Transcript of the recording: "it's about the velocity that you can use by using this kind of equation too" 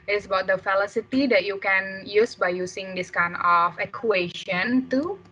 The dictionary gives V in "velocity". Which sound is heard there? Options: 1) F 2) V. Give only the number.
1